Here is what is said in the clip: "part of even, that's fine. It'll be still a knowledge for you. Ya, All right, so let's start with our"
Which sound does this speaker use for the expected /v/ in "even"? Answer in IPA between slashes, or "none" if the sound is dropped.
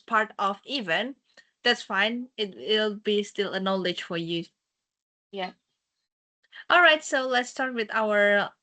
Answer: /v/